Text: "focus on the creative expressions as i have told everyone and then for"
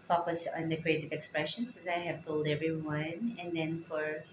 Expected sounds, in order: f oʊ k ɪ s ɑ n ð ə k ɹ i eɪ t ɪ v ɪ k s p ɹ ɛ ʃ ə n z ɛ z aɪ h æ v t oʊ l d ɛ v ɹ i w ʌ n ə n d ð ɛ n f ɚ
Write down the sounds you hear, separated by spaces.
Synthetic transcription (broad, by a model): f oʊ k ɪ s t n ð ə k ɹ i eɪ t ɪ v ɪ k s p ɹ ɛ ʃ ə n s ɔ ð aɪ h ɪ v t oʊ l d ɛ v ɹ i w ʌ n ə n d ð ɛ n f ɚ